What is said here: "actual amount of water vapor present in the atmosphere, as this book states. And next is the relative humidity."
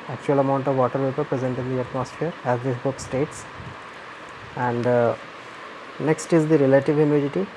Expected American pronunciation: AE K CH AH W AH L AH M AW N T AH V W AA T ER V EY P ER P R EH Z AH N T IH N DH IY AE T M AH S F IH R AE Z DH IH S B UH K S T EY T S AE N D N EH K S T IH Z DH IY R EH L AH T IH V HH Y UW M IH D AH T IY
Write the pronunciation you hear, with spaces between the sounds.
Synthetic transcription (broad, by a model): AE K CH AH AH L AH M AW N T AH V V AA T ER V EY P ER P R EH Z AH N T IH N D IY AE T M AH S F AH R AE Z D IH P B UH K S T EY T S AE N D N EH K S T IH Z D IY R EH L AH T IH V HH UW M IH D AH T IY